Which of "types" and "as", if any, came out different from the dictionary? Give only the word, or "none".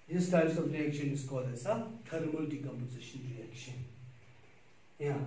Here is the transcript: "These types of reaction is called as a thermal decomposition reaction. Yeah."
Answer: as